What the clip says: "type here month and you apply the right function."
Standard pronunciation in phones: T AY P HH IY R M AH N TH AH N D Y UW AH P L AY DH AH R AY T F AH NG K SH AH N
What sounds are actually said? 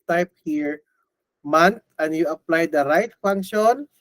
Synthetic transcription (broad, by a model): T AY P HH IY R M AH N T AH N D Y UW AH P L AY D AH R AY T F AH NG K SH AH N